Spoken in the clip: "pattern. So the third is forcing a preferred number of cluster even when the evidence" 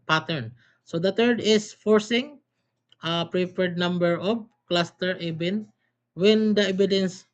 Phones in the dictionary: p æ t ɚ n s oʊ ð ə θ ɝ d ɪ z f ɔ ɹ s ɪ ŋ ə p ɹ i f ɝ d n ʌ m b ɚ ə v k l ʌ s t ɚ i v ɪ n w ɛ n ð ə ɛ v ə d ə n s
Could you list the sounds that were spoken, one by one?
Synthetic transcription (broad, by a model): p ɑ t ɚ n s oʊ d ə t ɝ d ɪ s f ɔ ɹ s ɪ ŋ ə p ɹ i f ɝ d n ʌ m b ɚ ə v k l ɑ s t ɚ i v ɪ n w ɛ n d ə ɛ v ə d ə n s